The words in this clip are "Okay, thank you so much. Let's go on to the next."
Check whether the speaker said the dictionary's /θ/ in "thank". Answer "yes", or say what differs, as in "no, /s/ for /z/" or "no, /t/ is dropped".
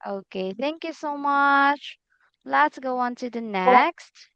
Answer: yes